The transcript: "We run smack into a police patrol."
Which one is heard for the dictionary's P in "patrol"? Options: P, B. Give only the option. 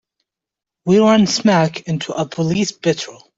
B